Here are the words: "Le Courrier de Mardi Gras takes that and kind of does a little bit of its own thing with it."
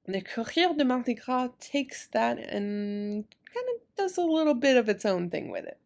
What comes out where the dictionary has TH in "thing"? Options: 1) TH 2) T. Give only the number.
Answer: 1